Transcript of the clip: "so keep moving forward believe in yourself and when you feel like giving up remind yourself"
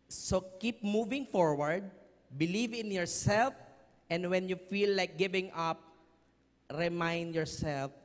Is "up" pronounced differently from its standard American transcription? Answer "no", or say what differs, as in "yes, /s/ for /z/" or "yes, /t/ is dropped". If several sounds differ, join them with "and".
no